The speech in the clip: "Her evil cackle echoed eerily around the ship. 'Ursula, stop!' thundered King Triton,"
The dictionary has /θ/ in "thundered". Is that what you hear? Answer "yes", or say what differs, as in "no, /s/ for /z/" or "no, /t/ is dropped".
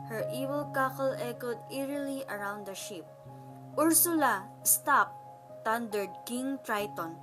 no, /t/ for /θ/